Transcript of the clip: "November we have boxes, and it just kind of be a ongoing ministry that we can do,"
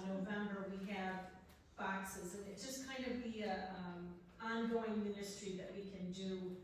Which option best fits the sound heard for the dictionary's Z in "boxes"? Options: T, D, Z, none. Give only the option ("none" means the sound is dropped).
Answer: Z